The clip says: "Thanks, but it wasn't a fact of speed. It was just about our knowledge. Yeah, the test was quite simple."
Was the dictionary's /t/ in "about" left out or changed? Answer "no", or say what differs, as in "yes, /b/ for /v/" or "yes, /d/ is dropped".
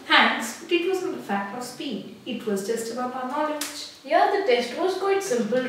yes, /t/ is dropped